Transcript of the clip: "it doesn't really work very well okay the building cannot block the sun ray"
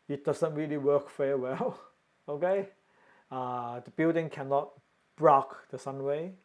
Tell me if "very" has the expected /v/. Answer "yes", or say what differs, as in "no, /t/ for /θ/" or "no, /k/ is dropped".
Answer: no, /f/ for /v/